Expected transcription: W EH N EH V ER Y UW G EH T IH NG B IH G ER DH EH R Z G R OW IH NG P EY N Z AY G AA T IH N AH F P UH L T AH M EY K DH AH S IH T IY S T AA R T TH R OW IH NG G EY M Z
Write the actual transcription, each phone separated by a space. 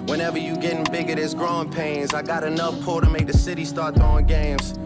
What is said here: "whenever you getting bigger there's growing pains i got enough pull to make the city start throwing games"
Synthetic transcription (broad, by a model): W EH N EH V ER Y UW G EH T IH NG B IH G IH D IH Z G R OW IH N P EY N Z AY G AA T IH N AH F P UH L T AH M EY K DH AH S IH T IY S T AA R T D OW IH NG G EY M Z